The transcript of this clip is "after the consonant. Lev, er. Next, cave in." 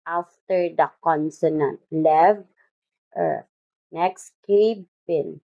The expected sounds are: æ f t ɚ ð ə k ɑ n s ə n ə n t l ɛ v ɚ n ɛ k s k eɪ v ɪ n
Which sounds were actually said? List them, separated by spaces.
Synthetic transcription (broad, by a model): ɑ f t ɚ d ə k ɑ n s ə n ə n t l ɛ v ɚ n ɛ k s k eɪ p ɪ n